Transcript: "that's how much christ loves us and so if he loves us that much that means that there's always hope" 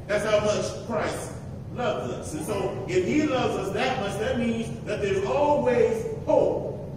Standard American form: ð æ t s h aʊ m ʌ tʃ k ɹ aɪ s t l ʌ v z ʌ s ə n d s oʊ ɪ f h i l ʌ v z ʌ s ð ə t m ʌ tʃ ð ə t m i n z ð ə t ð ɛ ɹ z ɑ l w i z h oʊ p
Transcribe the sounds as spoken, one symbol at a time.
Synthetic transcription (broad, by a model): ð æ t s h aʊ m ʌ tʃ k ɹ aɪ s t l ʌ v z ʌ s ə n s oʊ ɪ f h i l ʌ v z ʌ s ð ə t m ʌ s ð ə t m i n z ð ə t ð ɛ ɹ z ɑ l w i z h oʊ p